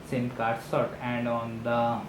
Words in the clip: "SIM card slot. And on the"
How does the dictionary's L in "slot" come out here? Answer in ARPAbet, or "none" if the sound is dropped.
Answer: none